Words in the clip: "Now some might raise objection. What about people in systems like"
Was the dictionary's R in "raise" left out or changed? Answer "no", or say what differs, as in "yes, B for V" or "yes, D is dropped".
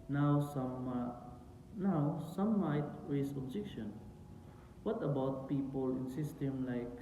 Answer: yes, W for R